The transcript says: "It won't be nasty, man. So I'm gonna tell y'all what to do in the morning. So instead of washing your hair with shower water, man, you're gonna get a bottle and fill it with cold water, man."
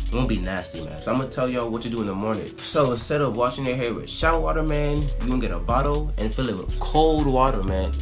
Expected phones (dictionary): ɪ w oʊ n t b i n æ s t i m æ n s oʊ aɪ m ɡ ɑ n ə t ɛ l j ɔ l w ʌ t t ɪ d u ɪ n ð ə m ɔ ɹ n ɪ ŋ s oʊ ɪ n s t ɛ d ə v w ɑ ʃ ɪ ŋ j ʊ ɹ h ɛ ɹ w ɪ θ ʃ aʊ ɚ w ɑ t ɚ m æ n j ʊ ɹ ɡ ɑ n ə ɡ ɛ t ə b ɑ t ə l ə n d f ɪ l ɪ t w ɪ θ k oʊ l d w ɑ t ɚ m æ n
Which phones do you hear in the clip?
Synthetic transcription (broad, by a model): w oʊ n b i n æ s t i m æ n s oʊ aɪ m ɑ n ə t ɛ l j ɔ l w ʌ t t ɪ d u ɪ n ð ə m ɔ ɹ n ɪ ŋ s oʊ ɪ n s t ɛ d ə v w ɑ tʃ ɪ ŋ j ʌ ɹ h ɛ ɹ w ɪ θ ʃ aʊ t w ɑ t ɚ m æ n j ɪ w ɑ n ɡ ɛ t ə b ɑ t l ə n f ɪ l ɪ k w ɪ k oʊ l d w ɑ t ɚ m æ n